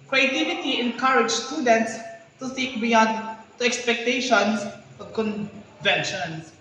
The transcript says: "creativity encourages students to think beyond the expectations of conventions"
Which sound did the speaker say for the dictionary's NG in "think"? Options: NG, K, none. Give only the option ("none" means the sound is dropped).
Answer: none